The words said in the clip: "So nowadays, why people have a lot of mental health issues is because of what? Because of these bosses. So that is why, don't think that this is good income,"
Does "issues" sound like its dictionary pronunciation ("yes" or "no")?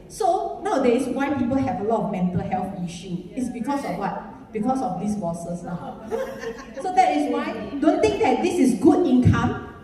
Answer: no